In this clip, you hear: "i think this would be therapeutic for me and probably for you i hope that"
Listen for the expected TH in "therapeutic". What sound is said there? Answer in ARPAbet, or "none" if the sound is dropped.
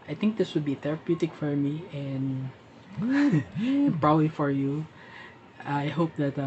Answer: T